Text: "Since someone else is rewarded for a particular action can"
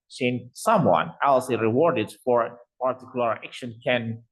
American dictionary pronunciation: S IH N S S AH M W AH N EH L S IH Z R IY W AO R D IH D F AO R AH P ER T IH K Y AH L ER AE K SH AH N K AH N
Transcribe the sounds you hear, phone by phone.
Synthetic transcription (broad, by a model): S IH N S S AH M W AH N EH L S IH R IY W AO R D IH D F AO R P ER T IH K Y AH L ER AE K SH AH N K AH N